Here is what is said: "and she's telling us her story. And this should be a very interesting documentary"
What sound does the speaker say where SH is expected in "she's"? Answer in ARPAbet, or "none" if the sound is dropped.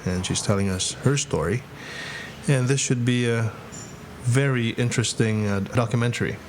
SH